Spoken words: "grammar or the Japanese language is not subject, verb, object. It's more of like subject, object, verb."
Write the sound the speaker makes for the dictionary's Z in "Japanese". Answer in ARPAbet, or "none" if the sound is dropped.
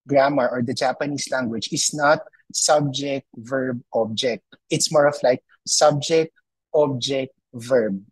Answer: S